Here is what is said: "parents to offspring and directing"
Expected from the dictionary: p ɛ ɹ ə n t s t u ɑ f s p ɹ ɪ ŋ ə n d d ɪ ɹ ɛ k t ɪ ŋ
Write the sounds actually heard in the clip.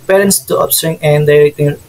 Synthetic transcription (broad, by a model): p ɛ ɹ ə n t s t u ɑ p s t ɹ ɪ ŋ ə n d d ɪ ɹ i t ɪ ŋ